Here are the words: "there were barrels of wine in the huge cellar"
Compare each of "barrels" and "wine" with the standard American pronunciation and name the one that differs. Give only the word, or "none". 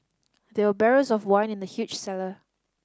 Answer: barrels